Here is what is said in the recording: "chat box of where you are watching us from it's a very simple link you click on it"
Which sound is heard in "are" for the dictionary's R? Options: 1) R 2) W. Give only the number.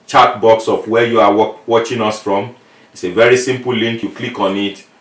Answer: 2